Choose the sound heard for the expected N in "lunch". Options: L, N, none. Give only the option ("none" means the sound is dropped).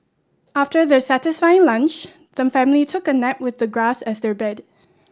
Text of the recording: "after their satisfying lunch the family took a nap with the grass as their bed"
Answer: N